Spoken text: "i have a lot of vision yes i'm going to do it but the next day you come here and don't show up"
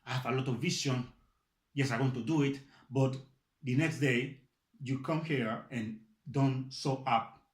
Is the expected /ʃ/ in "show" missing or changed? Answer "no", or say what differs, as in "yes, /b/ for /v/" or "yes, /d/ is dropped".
yes, /s/ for /ʃ/